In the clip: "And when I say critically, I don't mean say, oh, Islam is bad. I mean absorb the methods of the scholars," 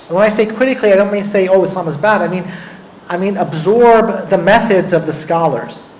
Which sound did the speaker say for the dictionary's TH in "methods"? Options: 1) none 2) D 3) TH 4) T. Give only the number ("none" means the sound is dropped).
3